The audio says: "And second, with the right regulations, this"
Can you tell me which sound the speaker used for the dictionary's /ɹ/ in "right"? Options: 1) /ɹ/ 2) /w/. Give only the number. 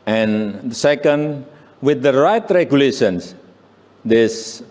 1